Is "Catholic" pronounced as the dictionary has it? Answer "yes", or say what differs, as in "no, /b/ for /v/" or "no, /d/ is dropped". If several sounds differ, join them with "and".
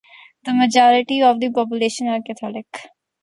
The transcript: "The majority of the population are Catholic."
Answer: no, /t/ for /θ/